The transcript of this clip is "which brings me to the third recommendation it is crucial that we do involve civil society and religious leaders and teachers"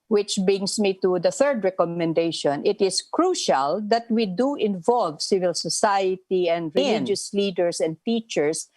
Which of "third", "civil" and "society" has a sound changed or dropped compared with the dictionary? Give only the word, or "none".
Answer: none